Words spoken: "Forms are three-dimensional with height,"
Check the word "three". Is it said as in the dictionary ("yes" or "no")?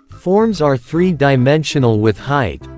yes